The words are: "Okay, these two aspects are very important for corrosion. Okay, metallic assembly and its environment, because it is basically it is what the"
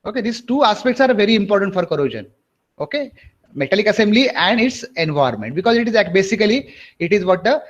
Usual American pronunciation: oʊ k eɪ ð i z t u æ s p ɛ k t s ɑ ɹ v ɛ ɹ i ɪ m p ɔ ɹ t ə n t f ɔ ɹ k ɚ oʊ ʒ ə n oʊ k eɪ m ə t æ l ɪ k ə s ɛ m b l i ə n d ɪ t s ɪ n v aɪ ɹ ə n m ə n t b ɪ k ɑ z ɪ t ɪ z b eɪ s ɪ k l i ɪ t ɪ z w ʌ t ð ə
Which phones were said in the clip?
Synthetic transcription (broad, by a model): oʊ k eɪ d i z t u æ s p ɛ k t s ɑ ɹ v ɛ ɹ i ɪ m p ɔ ɹ t ə n t f ɔ ɹ k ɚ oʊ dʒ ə n oʊ k eɪ m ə t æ l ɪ k ə s ɛ m b l i ə n d ɪ t s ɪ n v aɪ ə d m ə n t b ɪ k ɑ z ɪ t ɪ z b eɪ s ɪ k l i ɪ t ɪ z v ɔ t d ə